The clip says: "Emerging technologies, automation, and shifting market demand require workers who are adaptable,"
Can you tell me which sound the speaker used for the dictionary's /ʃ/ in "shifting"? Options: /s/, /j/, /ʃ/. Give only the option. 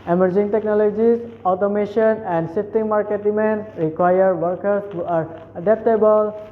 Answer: /s/